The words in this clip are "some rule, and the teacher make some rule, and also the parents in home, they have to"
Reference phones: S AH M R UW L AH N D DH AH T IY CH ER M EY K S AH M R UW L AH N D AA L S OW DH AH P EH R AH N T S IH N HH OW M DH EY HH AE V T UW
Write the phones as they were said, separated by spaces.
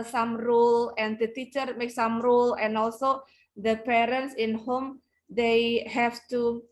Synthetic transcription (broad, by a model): S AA M R UW L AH N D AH T IY CH ER M EY K S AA M R UW L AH N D AA L S OW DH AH P EH R AH N T S IH N HH OW M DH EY HH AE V T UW